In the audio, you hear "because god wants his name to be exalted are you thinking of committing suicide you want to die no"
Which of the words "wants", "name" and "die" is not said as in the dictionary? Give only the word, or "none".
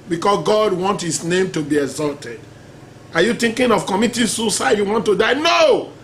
wants